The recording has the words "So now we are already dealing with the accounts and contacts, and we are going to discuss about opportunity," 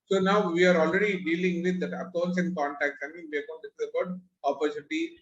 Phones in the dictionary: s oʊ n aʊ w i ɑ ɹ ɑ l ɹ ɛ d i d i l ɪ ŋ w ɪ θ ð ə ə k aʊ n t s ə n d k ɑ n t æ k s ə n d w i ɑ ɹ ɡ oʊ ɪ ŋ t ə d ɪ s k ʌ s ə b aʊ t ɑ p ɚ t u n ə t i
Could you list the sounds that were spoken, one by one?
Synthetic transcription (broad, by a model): s oʊ n aʊ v i ɑ ɹ ɑ l ɹ ɛ d i d i l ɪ ŋ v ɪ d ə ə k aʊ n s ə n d k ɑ n t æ k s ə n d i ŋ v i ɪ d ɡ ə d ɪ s ʌ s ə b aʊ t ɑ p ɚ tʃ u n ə t i